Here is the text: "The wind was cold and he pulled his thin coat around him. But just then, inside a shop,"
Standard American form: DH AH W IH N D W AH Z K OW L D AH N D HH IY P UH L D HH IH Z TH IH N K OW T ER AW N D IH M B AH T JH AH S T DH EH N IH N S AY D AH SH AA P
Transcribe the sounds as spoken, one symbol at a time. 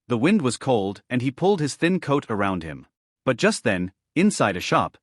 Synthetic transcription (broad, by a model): DH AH W IH N D W AH Z K OW L D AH N IY P UH L D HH IH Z TH IH N K OW T ER AW N D IH M B AH T JH AH S T DH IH N IH N S AY D AH SH AA P